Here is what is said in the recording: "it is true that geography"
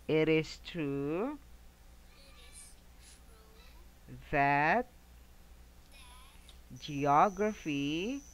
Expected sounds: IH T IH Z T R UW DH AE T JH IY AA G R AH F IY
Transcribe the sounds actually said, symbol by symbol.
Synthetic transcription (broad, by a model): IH T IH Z T R UW DH AE T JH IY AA G R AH F IY